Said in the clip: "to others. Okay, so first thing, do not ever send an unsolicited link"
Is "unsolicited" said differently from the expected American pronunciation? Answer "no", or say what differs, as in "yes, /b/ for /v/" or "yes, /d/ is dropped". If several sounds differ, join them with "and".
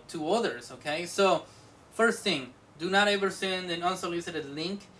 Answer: yes, /l/ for /n/